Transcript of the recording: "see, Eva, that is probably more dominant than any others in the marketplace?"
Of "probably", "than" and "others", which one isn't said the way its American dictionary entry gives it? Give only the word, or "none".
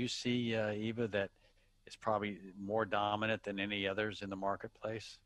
none